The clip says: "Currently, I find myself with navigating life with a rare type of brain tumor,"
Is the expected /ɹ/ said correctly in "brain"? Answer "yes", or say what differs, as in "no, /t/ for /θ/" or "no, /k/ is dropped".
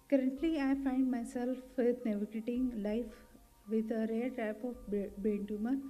no, /ɹ/ is dropped